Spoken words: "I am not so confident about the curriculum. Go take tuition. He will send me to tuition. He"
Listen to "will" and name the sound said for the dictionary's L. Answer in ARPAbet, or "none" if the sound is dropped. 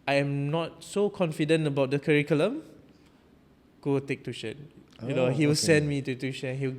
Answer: W